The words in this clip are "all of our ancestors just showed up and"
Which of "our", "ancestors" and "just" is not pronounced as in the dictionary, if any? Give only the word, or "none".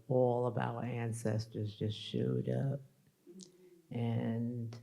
none